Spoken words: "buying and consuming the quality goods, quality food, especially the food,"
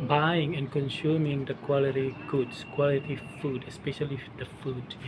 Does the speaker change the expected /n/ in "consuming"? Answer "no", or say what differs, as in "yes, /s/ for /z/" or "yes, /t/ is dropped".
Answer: no